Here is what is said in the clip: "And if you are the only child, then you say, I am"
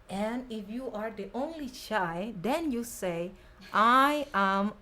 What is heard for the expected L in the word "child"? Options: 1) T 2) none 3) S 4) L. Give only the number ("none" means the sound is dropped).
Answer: 2